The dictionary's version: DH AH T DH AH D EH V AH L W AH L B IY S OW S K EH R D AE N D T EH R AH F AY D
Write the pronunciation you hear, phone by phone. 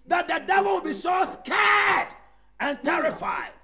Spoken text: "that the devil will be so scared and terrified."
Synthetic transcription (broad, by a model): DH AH T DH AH D EH V AH L W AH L B IY S OW S K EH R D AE N T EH R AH F AY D